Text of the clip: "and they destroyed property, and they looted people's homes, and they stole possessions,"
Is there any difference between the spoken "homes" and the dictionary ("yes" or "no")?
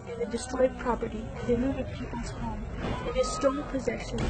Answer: yes